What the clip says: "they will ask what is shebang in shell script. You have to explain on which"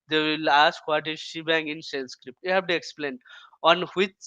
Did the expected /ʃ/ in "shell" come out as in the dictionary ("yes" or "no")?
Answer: no